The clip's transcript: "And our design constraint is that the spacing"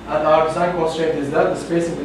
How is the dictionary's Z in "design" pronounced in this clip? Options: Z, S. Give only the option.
S